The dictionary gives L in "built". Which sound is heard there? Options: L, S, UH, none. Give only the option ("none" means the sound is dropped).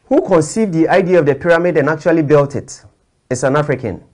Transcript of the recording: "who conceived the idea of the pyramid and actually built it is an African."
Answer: L